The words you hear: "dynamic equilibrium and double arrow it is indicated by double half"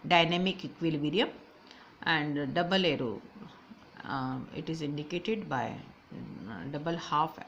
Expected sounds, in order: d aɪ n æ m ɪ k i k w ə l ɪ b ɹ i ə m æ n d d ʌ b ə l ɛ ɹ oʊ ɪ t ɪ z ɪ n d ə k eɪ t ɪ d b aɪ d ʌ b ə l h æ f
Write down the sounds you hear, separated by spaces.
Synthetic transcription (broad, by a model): d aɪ n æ m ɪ k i k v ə l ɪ ɹ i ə m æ n d d ʌ b ə l ɛ ɹ oʊ ɪ t ɪ z ɪ n d ə k eɪ t ɪ d b aɪ d ʌ b ə l h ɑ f